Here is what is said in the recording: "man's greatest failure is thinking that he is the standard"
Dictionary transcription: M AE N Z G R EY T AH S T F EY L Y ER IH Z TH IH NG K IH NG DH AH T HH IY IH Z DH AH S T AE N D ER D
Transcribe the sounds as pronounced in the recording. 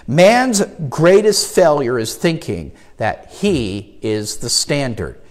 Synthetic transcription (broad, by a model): M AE N Z G R EY T AH S T F EY L Y ER IH Z TH IH NG K IH NG DH AH T HH IY IH Z DH AH S T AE N D ER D